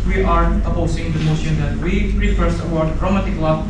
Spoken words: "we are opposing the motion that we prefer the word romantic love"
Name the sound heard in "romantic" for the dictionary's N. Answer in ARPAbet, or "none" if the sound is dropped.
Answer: none